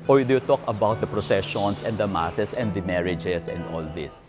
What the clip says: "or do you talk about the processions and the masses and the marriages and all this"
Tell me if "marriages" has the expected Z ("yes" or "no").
no